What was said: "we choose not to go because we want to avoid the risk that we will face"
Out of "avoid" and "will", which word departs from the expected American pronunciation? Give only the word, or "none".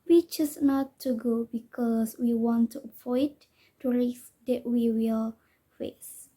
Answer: avoid